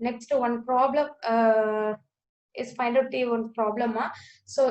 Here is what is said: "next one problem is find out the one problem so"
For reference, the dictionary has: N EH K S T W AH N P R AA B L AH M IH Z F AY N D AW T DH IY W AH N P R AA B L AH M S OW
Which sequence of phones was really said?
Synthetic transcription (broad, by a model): N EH K S T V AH N P R AA B L AH M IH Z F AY N AH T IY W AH N P R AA B L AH M S OW